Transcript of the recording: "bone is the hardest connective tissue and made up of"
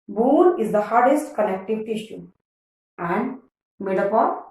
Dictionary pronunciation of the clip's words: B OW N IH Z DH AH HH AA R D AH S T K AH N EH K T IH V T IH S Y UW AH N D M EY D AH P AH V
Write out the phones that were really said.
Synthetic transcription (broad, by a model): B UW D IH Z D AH HH AA R D AH S T K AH L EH K T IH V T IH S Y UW AH N D M EY D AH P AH